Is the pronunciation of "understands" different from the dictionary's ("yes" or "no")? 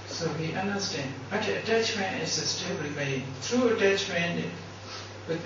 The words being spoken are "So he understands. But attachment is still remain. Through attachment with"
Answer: yes